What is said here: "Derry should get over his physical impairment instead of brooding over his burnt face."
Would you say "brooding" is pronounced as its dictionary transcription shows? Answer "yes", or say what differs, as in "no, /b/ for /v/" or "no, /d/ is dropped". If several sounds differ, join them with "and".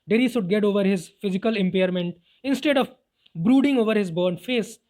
yes